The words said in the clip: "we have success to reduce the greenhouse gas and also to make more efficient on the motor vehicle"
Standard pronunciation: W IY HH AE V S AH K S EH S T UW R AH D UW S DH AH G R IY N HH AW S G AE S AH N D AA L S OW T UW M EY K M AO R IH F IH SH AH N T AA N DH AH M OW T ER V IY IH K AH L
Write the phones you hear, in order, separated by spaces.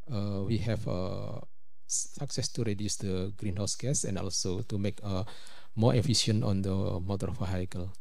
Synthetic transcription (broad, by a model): W IY HH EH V S AH K S EH S T UW R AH D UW S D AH G R IY N HH AW S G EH S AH N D AA L S OW T UW M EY K M AO R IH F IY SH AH N AA N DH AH M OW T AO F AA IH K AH L